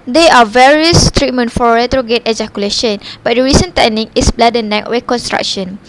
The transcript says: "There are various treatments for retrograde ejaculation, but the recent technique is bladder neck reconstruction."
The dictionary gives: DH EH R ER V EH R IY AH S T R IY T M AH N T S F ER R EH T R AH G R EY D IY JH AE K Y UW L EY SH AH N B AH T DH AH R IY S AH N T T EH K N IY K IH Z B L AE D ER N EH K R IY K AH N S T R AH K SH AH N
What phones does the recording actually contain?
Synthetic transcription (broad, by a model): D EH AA V EH R IY AH S T R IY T M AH N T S F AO R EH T R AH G EY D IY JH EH K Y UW L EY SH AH N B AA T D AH R IY S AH N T T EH N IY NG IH S B L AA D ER N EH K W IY K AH N S T R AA K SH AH N